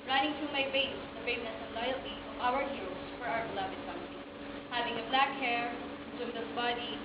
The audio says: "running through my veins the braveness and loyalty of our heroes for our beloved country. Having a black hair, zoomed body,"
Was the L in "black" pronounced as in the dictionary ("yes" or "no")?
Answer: yes